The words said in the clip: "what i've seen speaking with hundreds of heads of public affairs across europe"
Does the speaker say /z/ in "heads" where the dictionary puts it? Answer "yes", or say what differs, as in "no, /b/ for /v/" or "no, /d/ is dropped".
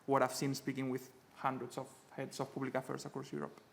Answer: no, /s/ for /z/